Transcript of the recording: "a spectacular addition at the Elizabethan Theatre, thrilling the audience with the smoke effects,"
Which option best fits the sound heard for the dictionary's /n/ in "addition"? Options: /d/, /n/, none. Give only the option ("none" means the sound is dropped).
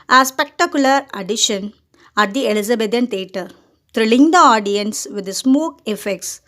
/n/